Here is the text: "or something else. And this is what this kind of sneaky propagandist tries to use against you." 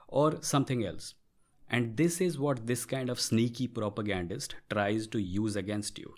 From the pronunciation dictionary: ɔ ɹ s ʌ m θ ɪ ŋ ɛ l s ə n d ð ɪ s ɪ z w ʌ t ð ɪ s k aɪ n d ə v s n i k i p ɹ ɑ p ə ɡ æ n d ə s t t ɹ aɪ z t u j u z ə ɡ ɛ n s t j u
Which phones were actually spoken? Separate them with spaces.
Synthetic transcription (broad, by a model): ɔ ɹ s ʌ m t ɪ ŋ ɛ l s ə n d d ɪ s ɪ z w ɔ t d ɪ s k aɪ n d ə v s n i k i p ɹ ɑ p ə ɡ æ n d ə s t t ɹ aɪ z t u j u z ə ɡ ɛ n s t j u